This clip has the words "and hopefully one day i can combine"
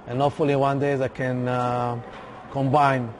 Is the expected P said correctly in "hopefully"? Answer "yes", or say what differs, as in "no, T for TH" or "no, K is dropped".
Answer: no, P is dropped